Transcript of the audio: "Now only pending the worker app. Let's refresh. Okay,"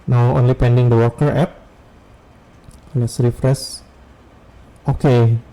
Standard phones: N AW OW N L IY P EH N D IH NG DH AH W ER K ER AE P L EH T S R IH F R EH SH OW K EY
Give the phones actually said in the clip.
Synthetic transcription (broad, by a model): N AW OW N L IY P EH N D IH NG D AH W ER K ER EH P L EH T S R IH F R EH S OW K EY